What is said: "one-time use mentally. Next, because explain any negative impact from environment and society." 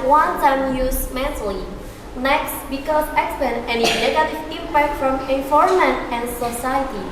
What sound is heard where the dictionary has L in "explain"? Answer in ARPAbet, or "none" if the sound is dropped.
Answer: none